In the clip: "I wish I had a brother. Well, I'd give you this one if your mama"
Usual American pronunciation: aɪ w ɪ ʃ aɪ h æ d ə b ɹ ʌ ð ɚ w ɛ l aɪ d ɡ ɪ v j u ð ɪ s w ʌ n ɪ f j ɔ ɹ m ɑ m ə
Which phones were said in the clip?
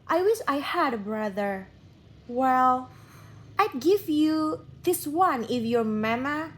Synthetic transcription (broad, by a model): aɪ w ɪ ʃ aɪ h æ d ə b ɹ ʌ ð ɚ w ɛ l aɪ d ɡ ɪ v j u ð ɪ s w ʌ n ɪ f j ɔ ɹ m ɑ m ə